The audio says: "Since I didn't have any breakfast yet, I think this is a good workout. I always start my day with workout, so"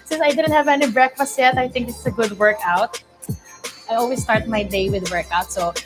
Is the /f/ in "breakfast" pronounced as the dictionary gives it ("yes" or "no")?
yes